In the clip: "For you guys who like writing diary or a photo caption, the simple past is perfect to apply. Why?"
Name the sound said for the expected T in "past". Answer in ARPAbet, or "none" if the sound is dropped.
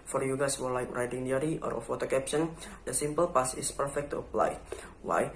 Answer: none